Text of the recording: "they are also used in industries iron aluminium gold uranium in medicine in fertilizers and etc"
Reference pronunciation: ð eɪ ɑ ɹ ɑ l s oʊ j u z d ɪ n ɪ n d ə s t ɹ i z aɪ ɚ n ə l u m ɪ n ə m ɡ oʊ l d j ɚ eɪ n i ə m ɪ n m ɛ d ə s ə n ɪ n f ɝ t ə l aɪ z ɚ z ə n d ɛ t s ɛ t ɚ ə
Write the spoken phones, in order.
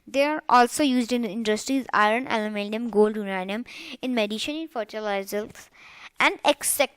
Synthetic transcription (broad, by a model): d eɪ ɑ ɹ ɑ l s oʊ j u z d ɪ n ɪ n d ə s t ɹ i z aɪ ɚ n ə l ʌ m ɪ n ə m ɡ oʊ l d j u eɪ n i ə m ɪ n m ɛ d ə ʃ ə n ɪ n f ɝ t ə l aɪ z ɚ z ə n d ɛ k s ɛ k